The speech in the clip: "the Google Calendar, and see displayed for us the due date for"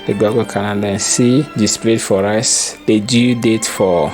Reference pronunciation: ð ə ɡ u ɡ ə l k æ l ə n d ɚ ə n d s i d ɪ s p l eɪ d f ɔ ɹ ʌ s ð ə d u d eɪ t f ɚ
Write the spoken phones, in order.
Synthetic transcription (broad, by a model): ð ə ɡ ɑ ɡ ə k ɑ n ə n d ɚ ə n s i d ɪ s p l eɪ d f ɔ ɹ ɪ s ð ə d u d eɪ t f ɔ